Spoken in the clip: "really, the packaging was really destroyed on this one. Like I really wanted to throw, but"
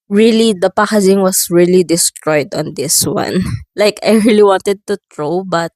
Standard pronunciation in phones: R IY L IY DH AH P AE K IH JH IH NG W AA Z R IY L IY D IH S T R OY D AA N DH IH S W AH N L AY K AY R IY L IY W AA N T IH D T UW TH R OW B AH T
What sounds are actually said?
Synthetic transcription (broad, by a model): R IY L IY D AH P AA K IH Z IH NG W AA S R IY L IY D IH S T R OY D AA N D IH S W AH N L AY K AY R IY L IY W AA N T IH D T UW T R OW B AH T